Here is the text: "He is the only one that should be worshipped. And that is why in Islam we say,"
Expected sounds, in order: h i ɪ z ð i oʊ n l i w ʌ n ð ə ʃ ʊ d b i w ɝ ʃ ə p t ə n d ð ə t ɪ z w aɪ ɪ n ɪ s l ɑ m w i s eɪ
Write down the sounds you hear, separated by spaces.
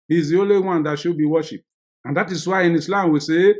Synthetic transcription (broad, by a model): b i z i oʊ l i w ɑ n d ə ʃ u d b i w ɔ ʃ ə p ə n d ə t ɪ s w aɪ ɪ n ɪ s l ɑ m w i s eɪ